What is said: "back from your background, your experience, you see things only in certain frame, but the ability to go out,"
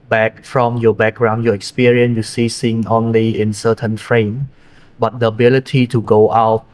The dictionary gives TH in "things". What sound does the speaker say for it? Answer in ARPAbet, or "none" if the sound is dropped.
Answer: S